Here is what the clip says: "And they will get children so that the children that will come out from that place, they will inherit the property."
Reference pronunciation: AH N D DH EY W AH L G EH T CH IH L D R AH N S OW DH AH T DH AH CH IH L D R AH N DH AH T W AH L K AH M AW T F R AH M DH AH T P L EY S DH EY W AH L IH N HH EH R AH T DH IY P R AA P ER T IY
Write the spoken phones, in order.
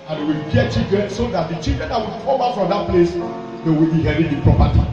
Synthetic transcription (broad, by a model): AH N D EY W AH L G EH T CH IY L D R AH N S OW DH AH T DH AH CH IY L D R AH N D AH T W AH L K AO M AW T F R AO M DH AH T P L EY S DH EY W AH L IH HH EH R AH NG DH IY P R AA P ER T IY